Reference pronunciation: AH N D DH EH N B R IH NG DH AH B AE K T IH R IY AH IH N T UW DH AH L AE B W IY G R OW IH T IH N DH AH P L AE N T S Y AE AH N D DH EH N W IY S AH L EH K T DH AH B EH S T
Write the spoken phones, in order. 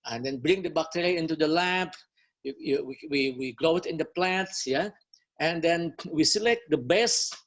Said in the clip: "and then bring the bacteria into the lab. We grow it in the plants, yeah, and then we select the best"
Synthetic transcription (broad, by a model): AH N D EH N B R IH NG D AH B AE K T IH R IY IH N T UW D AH L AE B W IY G R OW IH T IH N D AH P L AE T S Y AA AH N D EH N W IY S AH L EH K T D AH B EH S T